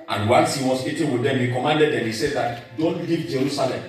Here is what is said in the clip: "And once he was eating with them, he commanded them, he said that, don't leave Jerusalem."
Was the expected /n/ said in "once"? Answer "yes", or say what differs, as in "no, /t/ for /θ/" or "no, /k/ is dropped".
no, /l/ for /n/